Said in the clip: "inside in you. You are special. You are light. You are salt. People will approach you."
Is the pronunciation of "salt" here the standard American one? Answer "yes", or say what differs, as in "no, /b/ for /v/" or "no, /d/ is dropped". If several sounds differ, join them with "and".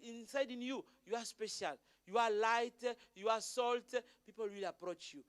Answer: yes